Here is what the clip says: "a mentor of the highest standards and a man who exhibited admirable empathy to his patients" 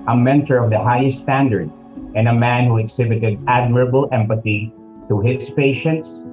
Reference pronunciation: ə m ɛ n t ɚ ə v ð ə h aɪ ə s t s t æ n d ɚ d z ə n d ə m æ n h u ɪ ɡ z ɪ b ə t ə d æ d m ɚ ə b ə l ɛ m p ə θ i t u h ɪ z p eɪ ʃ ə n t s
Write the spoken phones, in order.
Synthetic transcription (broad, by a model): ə m ɛ n t ɚ ə v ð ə h aɪ ə s t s t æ n d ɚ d ə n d ə m æ n h u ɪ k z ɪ b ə t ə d æ d m ɚ ə b ə l ɛ m p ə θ i t u h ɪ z p eɪ ʃ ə n t s